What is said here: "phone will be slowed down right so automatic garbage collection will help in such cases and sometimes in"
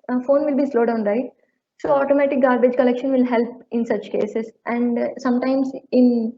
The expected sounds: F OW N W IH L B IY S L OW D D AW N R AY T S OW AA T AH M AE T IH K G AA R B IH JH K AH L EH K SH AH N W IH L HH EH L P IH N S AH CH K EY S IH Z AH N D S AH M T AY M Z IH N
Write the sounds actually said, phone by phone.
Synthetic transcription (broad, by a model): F OW N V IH L B IY S L OW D D AW N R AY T S OW AA T AH M AE T IH K G AA R B IH JH K AH L EH K SH AH N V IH L HH EH L P IH N S AH CH K EY S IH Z AH N D S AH M T AY M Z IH N